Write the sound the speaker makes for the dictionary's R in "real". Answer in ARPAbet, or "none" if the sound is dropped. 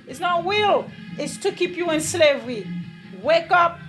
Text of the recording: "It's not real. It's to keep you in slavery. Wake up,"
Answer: W